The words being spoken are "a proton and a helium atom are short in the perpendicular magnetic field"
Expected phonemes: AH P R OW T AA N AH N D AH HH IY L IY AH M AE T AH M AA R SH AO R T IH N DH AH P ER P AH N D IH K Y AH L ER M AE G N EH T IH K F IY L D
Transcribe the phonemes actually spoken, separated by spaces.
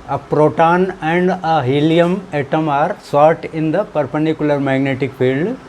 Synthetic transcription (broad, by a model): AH P R OW T AA N AH N D AH HH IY L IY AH M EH T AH M AA R S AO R T IH N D AH P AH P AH N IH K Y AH L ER M AE G N EH T IH K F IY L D